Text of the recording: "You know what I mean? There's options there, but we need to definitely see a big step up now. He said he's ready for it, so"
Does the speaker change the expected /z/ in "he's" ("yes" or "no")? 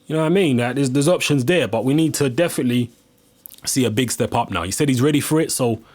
no